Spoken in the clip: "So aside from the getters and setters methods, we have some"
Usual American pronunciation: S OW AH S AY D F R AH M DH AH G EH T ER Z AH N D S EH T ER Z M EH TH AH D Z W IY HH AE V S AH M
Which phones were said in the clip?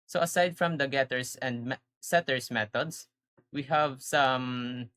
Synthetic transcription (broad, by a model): S OW AH S AY D F R AH M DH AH G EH T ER S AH N D S EH T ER S M EH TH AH D S W IY HH AE V S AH M